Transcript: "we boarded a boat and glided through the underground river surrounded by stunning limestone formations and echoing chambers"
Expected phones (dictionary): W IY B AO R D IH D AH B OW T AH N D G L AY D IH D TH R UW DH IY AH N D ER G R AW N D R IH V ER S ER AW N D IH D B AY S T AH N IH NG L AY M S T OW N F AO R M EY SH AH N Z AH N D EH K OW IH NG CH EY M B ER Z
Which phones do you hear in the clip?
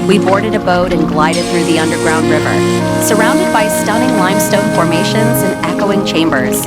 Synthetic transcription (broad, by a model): W IY B AO R D IH D AH B OW T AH N G L AY D IH D TH R UW DH IY AH N D ER G R AW N D R IH V ER S ER AW N D IH D B AY S T AH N IH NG L AY M S T OW N F AO R M EY SH AH N Z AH N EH K OW IH NG CH EY M B ER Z